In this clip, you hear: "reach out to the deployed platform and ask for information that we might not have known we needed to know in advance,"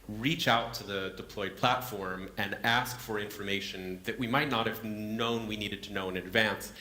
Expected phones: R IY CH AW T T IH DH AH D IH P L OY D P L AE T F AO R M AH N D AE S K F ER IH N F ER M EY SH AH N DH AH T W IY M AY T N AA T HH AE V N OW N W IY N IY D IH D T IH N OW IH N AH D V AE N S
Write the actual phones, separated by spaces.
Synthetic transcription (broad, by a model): R IY CH AW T T IH DH AH D IH P L OY D P L AE T F AO R M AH N AE S K F ER IH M F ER M EY SH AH N DH AH T W IY M AY T N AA T HH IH V N OW N W IY N IY D IH D T IH N OW IH N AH D V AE N S